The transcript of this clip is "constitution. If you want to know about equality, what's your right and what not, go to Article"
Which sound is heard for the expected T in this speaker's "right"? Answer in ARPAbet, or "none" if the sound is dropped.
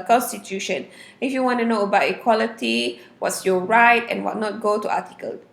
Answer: T